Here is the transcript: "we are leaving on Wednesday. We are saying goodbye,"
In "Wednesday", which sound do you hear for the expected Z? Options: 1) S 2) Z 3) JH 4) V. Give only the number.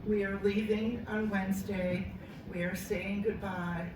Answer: 2